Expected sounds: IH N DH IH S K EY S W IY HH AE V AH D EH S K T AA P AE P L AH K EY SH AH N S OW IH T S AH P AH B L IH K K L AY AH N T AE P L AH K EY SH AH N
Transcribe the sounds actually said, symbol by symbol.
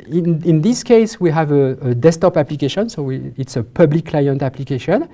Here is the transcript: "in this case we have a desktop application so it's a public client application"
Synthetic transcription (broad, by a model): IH N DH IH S K EY S W IY HH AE V AH D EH S T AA P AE P L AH K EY SH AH N S OW IH T S AH P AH B L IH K K L AY AH N T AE P L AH K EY SH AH N